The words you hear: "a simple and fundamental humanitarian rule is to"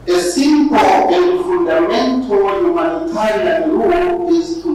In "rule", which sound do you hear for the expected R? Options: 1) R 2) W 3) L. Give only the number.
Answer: 3